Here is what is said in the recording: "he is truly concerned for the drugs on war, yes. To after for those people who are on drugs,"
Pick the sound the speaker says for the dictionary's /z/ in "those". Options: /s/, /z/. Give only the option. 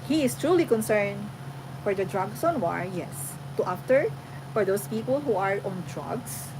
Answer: /s/